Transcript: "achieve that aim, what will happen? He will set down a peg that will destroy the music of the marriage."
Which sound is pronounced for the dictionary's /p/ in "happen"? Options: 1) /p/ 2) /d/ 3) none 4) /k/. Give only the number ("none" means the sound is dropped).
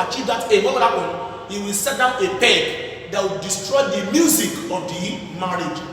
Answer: 3